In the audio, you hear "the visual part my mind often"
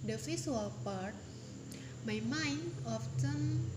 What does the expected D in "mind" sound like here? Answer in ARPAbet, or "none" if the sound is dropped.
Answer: none